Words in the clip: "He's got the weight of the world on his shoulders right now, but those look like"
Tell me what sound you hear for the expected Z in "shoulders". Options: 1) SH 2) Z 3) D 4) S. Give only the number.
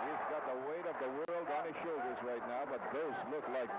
2